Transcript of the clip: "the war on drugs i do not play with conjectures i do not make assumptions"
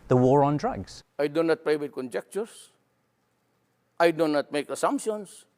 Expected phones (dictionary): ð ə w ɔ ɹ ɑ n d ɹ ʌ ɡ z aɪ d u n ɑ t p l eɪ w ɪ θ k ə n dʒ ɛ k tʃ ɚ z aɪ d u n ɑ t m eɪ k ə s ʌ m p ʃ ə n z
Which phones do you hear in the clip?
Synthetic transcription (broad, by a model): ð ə w ɔ ɹ ɑ n d ɹ ʌ ɡ z aɪ d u n ɑ t p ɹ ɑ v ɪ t k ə n dʒ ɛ k tʃ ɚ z aɪ d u n ɑ t m eɪ k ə s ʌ m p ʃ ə n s